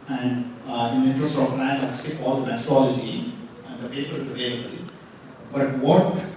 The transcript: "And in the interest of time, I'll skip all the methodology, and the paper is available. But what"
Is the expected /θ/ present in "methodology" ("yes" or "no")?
no